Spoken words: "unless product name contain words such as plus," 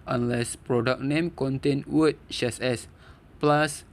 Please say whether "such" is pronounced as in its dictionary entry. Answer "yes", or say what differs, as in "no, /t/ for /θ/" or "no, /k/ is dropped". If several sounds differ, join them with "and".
no, /s/ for /tʃ/